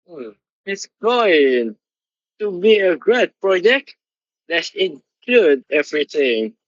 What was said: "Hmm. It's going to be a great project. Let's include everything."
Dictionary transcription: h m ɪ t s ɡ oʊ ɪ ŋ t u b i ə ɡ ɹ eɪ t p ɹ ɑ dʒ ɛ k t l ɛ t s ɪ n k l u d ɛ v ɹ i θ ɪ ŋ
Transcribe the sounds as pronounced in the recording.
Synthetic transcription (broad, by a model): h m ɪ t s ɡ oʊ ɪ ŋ t u b i ə ɡ ɹ eɪ t p ɹ ɑ dʒ ɛ k t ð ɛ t ɪ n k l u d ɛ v ɹ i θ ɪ ŋ